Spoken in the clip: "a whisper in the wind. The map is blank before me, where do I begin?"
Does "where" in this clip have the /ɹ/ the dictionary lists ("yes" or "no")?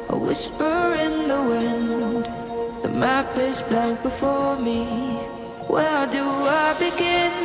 no